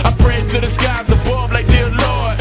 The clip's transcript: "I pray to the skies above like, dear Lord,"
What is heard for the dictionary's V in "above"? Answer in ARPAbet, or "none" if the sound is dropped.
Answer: B